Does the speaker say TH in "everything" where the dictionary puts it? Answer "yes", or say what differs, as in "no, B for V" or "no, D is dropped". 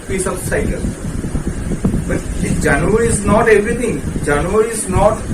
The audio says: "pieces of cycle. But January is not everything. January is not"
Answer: no, T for TH